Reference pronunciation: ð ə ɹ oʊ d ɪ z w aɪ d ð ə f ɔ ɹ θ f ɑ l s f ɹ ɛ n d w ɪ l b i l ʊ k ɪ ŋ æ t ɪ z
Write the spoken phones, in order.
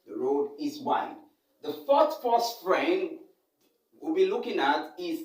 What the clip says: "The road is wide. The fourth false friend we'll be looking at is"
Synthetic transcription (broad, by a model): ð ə ɹ oʊ d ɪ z w aɪ d ð ə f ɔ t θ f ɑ s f ɹ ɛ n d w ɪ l b i l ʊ k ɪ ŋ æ t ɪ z